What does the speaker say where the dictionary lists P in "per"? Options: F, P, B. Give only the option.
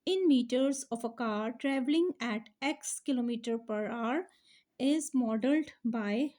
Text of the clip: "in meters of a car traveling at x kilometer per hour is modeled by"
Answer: P